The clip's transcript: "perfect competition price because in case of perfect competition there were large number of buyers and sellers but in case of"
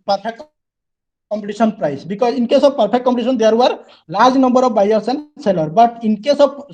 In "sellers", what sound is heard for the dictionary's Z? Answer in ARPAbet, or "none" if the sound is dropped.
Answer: none